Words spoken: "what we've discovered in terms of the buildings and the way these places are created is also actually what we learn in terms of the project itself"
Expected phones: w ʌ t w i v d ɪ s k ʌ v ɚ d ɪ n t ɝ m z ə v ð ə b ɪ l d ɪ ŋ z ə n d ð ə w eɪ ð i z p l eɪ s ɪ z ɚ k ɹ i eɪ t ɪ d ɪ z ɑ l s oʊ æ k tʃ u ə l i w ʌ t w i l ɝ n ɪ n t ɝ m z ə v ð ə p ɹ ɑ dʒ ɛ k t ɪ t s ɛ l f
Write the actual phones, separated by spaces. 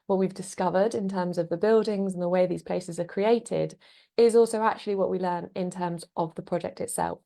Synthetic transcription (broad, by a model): w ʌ t w i v d ɪ s k ʌ v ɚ d ɪ n t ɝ m z ə v ð ə b ɪ l d ɪ ŋ z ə n ð ə w eɪ ð i z p l eɪ s ɪ z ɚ k ɹ i eɪ t ɪ d ɪ z ɑ l s oʊ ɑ k tʃ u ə l i w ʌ t w i l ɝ n ɪ n t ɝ m z ə v ð ə p ɹ ɑ dʒ ɛ k t ɪ t s ɛ l f